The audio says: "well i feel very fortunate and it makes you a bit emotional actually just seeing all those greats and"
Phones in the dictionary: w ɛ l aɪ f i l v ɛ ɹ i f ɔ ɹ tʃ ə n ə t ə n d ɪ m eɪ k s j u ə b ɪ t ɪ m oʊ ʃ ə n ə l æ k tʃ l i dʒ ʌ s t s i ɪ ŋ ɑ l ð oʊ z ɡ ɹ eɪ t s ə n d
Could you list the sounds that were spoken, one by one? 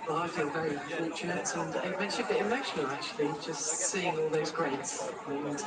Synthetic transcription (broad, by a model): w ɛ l aɪ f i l v ɛ ɹ i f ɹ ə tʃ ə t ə n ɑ ɪ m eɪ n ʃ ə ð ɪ ɪ m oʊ ʃ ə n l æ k tʃ l i dʒ ʌ s t s i ɪ ŋ ɑ l ð oʊ z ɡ ɹ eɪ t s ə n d